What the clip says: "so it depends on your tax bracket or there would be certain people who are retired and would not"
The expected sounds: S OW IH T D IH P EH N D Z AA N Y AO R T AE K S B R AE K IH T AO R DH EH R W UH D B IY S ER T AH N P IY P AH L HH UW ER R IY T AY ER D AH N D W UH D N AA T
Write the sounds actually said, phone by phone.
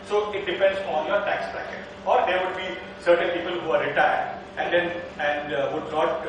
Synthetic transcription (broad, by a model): S OW IH T D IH P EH N D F AA N Y AO R T AE K S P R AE K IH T AO R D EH R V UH D B IY S ER T AH N P IY P AH L HH UW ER R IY T AY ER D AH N D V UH D N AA T